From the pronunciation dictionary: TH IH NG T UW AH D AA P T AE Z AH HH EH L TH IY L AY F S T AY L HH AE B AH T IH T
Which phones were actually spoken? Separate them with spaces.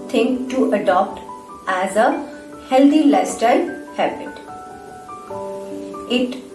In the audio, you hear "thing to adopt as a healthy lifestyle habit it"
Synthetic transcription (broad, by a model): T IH NG T UW AH D AA P T AE Z AH HH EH L T IY L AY S T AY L HH AE B AH T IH T